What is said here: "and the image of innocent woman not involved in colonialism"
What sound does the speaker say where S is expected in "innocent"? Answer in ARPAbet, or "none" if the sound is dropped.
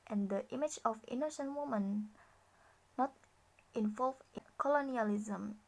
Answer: SH